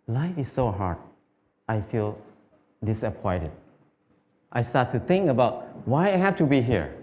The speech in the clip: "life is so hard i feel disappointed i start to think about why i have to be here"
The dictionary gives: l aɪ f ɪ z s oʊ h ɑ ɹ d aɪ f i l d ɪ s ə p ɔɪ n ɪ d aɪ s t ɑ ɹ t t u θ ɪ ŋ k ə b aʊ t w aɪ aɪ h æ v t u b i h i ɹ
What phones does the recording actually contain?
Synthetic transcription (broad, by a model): l aɪ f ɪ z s oʊ h ɑ ɹ d aɪ f i l d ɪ s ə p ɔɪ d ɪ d aɪ s t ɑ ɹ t t u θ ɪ ŋ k ə b aʊ t w aɪ aɪ h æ f t u b i h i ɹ